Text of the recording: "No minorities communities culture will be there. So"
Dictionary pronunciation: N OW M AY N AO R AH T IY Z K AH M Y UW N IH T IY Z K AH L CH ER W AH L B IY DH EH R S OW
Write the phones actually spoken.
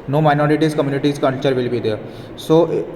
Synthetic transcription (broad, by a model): N OW M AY N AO R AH T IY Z K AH M Y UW N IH T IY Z K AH N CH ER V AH L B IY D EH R S OW